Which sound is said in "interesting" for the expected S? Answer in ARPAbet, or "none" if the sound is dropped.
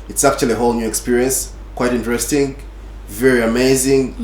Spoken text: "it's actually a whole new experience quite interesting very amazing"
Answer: S